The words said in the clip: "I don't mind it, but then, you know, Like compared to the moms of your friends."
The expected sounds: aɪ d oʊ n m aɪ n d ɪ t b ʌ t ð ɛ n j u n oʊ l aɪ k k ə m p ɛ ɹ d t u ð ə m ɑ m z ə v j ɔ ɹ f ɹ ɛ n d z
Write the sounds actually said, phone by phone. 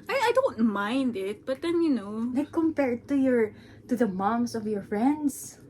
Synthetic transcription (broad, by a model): aɪ d oʊ n m aɪ n d ɪ t b ʌ t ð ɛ n j u n oʊ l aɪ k k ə m p ɛ ɹ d t u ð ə m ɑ m s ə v j ɔ ɹ f ɹ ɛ n d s